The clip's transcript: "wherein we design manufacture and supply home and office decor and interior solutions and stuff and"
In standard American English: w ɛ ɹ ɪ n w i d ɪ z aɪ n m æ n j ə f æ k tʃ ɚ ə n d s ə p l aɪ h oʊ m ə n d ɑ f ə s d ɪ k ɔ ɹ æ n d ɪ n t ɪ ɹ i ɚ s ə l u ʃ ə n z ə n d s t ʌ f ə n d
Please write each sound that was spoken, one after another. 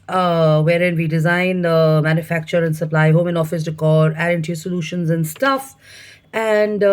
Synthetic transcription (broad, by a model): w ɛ ɹ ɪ n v i d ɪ z aɪ n m æ n j ə f æ k tʃ ɚ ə n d s ə p l aɪ h oʊ m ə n ɑ f ə s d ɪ k ɔ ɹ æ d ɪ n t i s ə l u ʃ ə n z ə n d s t ʌ f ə n d